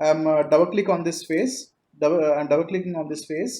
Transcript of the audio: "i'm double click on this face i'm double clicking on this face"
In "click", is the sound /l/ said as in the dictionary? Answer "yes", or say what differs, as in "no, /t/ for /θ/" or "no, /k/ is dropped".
yes